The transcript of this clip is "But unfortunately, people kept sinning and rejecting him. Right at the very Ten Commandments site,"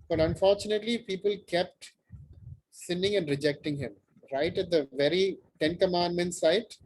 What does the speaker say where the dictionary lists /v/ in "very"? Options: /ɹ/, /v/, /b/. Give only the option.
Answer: /v/